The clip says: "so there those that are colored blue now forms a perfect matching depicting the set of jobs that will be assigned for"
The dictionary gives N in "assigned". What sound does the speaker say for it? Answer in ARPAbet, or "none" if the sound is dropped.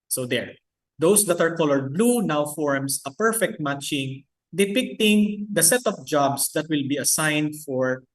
N